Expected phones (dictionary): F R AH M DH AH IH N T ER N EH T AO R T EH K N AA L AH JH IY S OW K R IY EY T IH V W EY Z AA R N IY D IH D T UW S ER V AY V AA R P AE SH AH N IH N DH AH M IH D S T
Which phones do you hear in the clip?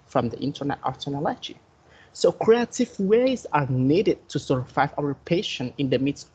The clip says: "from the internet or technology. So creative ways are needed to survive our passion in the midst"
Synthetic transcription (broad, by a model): F R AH M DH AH IH N T ER N EH T AO R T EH N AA L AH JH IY S OW K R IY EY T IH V W EY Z AA R N IY D IH D T UW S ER F AY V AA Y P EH SH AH N IH N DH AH M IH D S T